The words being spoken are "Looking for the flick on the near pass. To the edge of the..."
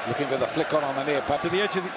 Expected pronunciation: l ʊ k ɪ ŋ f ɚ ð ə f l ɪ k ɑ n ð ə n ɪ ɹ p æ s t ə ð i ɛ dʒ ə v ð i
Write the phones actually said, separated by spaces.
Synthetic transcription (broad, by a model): l ʊ k ɪ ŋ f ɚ ð ə f l ɪ k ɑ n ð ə n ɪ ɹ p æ t ə ð i ɛ dʒ ə v ð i